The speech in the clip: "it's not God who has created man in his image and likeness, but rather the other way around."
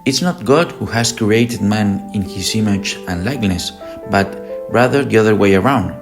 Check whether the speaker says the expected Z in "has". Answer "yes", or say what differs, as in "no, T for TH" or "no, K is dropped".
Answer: no, S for Z